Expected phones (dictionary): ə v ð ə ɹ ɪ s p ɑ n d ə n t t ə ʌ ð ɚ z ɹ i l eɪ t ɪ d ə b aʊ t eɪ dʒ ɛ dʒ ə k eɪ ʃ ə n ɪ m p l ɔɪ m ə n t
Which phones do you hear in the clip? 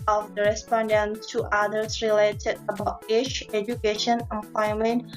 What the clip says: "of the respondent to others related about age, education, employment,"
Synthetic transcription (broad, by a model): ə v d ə ɹ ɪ s p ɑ n d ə n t t ə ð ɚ s ɹ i l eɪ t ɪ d ə b aʊ t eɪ tʃ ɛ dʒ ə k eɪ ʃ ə n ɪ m p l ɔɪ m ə n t